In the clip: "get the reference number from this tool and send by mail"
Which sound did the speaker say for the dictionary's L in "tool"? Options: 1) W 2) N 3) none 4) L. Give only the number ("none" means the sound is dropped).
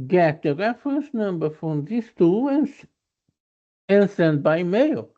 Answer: 2